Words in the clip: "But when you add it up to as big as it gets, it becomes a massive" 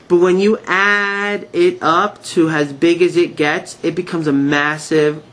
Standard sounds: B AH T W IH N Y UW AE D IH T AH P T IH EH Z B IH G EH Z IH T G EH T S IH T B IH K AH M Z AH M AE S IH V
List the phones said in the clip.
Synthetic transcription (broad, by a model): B AH T W IH N Y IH AE D IH T AH P T IH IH Z B IH G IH Z IH T G EH T S IH T B IH K AH M Z AH M AE S IH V